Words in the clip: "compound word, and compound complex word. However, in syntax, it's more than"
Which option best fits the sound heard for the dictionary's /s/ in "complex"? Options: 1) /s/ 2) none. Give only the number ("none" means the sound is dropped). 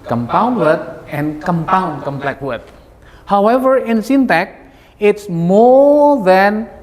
2